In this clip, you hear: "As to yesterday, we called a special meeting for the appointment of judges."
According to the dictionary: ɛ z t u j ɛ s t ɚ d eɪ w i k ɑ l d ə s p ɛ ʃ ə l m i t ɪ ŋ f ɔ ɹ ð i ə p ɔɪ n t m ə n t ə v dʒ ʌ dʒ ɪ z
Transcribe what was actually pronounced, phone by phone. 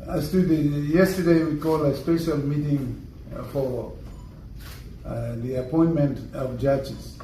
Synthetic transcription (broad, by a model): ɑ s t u j ɛ s t ɚ d eɪ w i k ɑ l ə s p ɛ ʃ ə l m i t ɪ ŋ f ɔ ɹ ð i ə p ɔɪ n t m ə n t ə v dʒ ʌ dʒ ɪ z